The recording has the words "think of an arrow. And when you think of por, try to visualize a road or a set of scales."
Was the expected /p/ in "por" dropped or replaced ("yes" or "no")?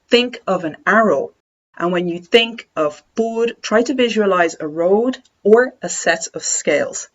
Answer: yes